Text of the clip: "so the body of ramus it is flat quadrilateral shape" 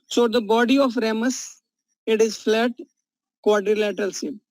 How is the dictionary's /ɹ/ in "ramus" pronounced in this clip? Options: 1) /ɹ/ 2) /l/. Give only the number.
1